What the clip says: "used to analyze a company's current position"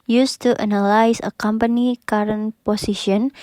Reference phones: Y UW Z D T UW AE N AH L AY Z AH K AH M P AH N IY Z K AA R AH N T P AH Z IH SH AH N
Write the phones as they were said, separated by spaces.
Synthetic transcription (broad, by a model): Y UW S T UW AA N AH L AY S AH K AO M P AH N IY K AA R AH N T P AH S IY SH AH N